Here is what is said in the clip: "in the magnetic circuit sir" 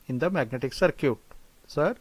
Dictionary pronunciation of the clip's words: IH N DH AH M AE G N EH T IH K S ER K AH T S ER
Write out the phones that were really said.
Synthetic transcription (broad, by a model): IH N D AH M AE G N EH T IH K S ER K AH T S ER